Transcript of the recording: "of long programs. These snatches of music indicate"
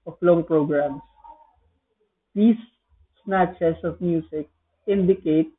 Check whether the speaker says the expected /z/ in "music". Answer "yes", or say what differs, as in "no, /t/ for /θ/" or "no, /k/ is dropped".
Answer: no, /s/ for /z/